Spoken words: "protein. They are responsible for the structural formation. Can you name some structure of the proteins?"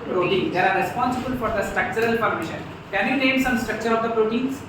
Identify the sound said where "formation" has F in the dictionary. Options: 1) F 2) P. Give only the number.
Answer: 2